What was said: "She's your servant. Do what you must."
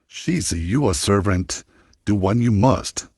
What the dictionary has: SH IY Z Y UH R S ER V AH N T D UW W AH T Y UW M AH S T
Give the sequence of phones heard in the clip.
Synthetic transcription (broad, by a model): SH IY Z Y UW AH S ER V AH N T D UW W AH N Y UW M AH S T